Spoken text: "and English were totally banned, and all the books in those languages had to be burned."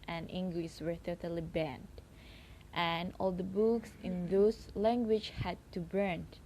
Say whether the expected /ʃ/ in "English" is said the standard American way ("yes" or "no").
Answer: no